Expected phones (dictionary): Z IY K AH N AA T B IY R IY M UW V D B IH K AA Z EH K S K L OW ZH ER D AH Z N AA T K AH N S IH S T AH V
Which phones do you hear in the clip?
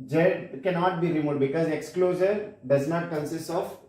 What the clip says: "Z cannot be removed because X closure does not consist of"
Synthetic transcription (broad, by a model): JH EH K AH N AA T B IY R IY M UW D B IH K AA Z EH K S K L OW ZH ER D AH Z N AA T K AH N S IH S T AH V